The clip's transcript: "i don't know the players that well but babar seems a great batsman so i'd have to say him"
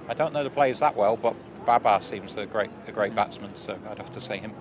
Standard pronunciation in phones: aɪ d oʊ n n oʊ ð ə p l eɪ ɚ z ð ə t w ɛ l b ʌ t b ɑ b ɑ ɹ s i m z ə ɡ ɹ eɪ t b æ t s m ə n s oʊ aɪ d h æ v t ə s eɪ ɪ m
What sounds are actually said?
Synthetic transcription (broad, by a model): aɪ d oʊ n n oʊ ð ə p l eɪ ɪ z ð ə t w ɛ l b ʌ t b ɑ b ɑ s i m z ə ɡ ɹ eɪ t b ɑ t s m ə n s oʊ aɪ d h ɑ f t ə s eɪ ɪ m